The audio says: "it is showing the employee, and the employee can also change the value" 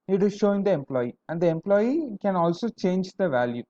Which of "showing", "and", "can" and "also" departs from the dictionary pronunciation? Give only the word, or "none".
none